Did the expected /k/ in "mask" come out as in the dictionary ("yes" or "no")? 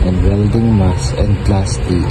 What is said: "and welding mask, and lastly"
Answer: no